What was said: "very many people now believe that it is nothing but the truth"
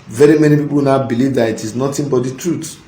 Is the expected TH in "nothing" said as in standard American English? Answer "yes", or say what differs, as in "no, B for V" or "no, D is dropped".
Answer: no, T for TH